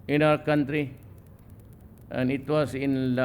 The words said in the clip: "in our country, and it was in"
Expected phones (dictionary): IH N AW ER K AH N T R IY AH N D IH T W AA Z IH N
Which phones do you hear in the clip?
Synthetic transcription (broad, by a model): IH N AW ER K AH N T R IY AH N IH T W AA S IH N